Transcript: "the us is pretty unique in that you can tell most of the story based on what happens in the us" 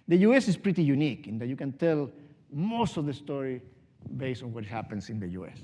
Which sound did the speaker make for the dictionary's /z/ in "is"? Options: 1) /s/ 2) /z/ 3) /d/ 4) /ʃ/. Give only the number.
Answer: 1